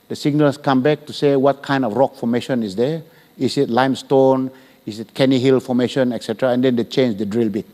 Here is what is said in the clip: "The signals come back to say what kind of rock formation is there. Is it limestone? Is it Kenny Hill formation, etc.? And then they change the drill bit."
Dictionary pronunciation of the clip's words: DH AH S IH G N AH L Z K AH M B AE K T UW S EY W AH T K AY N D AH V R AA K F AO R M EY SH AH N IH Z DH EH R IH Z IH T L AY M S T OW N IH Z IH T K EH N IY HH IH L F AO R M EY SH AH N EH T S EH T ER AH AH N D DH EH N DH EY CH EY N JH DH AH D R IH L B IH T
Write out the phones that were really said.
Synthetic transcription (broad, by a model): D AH S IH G N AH L S K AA M B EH K T UW S EY W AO T K AY N D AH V R AA K F AO M EY SH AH N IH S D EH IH S IH T L AY M S T OW N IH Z IH T K EH N IY HH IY L F AO M EY SH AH N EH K S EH T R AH AH N D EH N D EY CH EY N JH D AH D R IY L B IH T